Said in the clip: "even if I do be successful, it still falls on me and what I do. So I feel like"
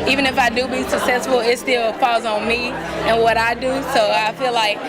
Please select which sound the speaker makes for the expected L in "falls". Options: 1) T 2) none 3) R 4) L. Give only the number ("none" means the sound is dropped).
2